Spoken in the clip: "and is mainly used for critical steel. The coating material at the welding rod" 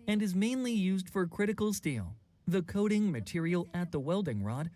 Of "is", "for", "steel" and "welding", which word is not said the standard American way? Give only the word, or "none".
none